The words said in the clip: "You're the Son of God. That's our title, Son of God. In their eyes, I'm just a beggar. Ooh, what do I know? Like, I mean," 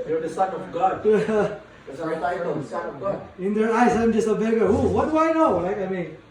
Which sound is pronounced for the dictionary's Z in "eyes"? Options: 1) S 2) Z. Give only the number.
1